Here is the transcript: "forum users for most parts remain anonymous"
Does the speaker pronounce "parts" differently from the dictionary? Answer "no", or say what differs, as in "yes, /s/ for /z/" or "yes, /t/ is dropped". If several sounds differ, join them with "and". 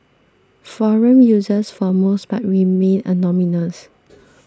yes, /b/ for /p/ and /s/ is dropped